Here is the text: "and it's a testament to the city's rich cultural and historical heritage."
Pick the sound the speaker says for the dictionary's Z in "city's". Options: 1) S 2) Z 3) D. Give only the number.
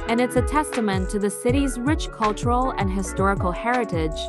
2